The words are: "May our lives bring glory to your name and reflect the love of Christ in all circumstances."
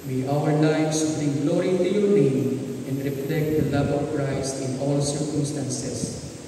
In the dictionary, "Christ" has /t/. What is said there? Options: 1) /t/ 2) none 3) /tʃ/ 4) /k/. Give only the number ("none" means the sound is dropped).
2